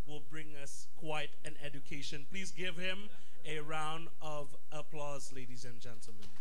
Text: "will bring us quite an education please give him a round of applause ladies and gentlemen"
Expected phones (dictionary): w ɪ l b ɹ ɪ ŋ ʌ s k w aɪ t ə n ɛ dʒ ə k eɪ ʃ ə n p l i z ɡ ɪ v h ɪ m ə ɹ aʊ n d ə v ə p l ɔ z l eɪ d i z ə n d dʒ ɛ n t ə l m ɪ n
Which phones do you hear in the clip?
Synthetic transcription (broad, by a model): w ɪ l b ɹ ɪ ŋ ʌ s k w aɪ t ə n ɛ dʒ ə k eɪ ʃ ə n p l i z ɡ ɪ v h ɪ m ə ɹ aʊ n d ə v ə p l ɔ z l eɪ d i z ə n dʒ ɛ n t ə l m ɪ n